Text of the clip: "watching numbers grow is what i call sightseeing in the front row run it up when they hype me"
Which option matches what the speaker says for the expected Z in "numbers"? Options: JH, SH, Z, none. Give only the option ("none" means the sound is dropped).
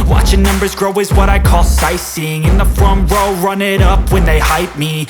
Z